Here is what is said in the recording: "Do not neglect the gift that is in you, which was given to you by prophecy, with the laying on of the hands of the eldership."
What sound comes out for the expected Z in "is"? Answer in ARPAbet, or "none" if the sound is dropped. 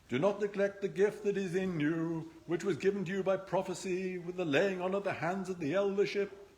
Z